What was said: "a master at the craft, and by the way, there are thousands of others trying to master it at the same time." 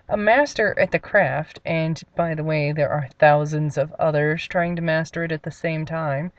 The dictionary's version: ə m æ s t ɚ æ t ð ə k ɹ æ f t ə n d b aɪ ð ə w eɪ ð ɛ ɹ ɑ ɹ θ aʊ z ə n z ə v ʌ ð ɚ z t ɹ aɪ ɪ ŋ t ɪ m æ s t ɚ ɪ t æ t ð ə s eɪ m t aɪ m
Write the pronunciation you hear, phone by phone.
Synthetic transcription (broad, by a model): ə m æ s t ɚ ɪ t ð ə k ɹ æ f t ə n b aɪ ð ə w eɪ ð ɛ ɹ ɑ ɹ θ aʊ z ə n z ə v ʌ ð ɚ z t ɹ aɪ ɪ ŋ t ɪ m æ s t ɚ ɪ t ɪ t ð ə s eɪ m t aɪ m